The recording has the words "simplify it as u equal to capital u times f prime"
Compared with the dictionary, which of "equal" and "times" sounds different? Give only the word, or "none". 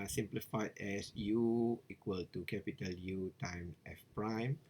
times